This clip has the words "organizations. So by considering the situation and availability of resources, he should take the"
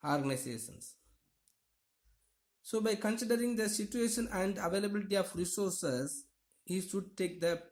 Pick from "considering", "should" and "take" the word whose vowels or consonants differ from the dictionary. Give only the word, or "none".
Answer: none